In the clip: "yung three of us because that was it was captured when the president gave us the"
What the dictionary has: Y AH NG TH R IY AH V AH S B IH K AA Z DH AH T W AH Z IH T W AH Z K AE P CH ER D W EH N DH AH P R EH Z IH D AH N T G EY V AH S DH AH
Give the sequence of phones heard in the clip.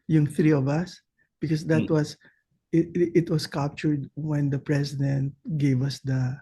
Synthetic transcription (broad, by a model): Y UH NG TH R IY AH V AH S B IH K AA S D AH T W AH S IH T W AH S K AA P CH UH D W EH N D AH P R EH S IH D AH N T G EY V AH S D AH